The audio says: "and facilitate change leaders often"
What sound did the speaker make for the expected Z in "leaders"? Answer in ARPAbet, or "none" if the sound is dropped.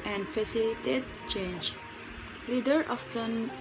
none